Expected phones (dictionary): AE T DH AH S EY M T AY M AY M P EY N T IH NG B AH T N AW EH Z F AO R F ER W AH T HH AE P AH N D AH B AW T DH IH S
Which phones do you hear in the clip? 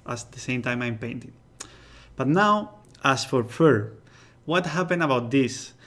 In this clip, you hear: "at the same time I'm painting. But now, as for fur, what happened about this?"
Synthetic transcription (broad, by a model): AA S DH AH S EY M T AY M AY M P EY N T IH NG B AH T N AW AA S F AO R F ER W AH T HH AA P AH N AH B AW T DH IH S